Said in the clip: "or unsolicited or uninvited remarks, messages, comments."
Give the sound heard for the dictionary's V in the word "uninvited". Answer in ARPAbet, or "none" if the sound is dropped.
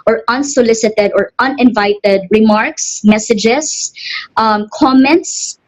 V